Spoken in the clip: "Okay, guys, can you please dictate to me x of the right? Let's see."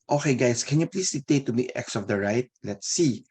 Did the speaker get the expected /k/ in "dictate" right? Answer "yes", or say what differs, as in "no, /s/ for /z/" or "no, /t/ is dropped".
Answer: no, /k/ is dropped